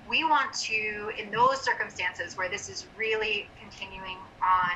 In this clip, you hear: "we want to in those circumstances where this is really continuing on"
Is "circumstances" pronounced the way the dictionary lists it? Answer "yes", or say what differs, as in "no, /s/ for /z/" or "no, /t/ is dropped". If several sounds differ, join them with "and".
yes